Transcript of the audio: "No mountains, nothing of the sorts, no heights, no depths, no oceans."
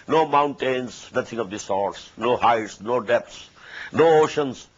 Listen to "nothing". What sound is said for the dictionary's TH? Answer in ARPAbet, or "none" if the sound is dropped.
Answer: T